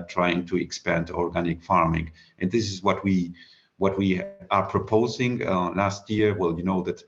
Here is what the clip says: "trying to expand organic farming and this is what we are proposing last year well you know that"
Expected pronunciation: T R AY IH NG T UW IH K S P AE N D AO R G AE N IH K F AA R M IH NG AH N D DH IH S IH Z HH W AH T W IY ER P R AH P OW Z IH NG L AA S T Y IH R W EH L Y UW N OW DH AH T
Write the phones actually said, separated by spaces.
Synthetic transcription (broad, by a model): T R AY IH NG T UW IH K S P AE N D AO R G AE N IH K F AA R M IH NG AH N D DH IH S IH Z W W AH T W IY ER P R AH P OW Z IH NG L AA S T Y IH R W EH L Y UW N OW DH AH T